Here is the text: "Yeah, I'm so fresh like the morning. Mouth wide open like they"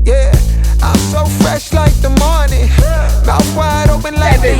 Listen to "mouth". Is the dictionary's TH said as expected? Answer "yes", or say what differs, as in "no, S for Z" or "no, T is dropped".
no, S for TH